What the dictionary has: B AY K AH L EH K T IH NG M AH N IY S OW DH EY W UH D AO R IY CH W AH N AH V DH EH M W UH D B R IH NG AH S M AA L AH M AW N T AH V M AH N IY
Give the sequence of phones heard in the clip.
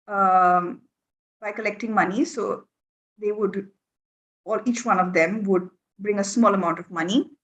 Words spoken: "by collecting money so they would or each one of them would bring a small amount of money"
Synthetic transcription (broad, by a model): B AY K AH L EH K T IH NG M AH N IY S OW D EY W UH D AO L IY CH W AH N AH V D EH M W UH D B R IH NG AH S M AA L AH M AW N T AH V M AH N IY